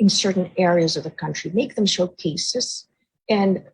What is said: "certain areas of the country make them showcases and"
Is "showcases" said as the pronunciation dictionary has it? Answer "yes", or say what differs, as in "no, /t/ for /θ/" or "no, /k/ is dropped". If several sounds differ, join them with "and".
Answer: yes